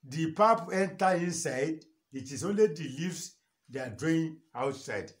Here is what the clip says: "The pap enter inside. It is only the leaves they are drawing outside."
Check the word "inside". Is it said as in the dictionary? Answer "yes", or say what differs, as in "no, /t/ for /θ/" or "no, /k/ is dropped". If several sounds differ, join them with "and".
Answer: yes